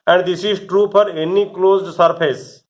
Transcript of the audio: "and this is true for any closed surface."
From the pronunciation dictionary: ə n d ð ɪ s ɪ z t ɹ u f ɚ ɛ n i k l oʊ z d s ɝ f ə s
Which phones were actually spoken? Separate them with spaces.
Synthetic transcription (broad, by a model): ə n d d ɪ s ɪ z t ɹ u p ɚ ɛ n i k l oʊ z d s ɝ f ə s